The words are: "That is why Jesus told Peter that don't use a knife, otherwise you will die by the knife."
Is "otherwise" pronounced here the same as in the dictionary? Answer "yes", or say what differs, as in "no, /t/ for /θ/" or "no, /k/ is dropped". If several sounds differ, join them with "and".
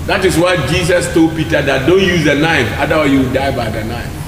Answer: no, /z/ is dropped